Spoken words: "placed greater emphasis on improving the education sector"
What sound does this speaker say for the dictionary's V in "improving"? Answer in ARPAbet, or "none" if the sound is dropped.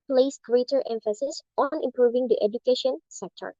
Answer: V